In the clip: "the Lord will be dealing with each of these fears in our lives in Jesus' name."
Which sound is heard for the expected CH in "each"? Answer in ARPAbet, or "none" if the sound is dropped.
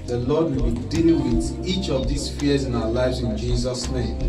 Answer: CH